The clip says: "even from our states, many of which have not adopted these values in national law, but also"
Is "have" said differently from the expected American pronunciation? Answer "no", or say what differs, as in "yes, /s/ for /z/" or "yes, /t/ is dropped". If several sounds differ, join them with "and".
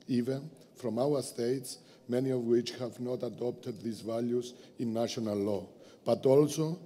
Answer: no